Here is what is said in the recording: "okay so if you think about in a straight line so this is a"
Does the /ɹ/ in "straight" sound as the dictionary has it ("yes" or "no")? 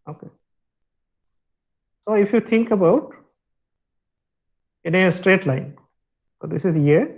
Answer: yes